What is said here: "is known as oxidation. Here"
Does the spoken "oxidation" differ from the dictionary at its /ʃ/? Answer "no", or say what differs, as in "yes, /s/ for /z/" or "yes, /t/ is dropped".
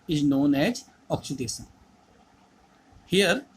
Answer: yes, /s/ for /ʃ/